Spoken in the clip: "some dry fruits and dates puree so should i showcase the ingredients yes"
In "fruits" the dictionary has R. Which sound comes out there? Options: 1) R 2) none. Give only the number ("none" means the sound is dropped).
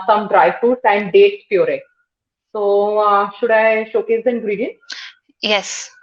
2